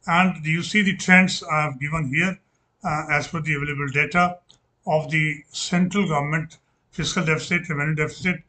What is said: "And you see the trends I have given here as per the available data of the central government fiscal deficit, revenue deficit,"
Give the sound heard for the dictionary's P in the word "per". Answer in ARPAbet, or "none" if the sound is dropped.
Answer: F